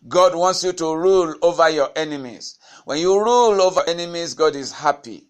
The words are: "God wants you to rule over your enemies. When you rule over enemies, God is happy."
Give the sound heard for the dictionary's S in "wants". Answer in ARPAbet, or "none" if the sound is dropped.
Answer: S